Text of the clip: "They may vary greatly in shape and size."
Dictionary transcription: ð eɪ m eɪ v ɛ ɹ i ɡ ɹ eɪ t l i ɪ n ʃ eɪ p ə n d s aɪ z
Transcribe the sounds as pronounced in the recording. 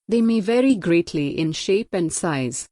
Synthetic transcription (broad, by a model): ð eɪ m eɪ v ɛ ɹ i ɡ ɹ eɪ t l i ɪ n ʃ eɪ p ə n d s aɪ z